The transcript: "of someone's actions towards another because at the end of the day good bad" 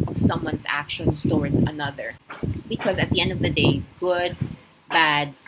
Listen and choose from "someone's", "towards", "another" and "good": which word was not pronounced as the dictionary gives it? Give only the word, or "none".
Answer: none